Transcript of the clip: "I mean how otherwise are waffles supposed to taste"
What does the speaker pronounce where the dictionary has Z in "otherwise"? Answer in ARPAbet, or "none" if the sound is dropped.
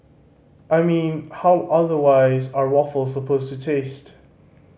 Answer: Z